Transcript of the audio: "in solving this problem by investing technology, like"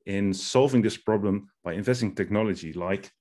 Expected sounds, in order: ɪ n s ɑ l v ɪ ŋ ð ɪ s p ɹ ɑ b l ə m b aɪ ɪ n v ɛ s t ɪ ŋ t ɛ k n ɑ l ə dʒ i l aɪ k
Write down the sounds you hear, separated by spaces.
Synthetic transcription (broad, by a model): ɪ n s ɑ l v ɪ ŋ ð ɪ s p ɹ ɑ b l ə m b aɪ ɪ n v ɛ s t ɪ ŋ t ɛ k n ɑ l ə dʒ i l aɪ k